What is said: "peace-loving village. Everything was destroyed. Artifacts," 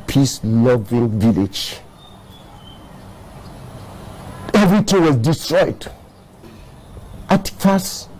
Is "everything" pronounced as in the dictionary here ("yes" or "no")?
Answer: no